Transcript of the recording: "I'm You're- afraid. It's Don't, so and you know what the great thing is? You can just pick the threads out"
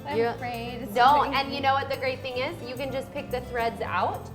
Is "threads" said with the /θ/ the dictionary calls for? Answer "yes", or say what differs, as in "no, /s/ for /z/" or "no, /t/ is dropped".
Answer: yes